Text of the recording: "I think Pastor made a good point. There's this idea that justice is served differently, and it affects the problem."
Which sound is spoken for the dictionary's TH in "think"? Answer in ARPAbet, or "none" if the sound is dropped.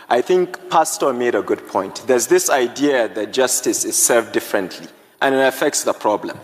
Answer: TH